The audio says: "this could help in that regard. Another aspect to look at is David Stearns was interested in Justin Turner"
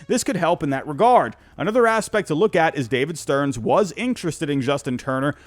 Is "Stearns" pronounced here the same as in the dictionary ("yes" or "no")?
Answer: yes